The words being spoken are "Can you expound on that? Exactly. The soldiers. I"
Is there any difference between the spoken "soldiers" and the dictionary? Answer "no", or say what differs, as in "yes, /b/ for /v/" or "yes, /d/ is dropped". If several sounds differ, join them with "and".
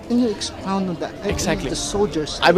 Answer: yes, /s/ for /z/